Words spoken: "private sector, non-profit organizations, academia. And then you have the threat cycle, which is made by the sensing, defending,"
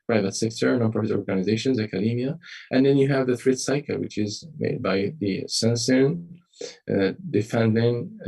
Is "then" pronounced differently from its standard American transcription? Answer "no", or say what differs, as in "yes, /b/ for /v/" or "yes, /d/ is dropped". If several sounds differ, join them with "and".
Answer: no